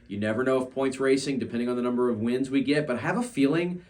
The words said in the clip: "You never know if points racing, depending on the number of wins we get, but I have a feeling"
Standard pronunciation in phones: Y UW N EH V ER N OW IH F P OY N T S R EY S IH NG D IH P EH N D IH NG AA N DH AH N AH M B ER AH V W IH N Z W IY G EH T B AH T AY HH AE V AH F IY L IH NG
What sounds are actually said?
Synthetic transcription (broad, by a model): Y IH N EH V ER N OW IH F P OY N T S R EY S IH NG D IH P EH N D IH NG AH N DH AH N AH M B ER AH V W IH N Z W IY G EH T B AH T AY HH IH V AH F IY L IH NG